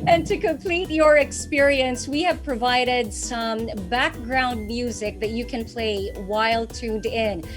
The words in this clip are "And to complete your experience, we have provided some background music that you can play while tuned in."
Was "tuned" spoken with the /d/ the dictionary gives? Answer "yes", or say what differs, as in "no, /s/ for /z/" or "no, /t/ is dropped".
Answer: yes